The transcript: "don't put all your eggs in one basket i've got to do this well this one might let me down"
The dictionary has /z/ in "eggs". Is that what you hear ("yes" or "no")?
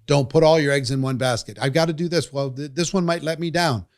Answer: yes